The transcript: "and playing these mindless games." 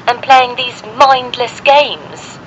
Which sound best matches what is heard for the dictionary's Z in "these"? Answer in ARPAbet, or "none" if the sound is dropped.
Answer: Z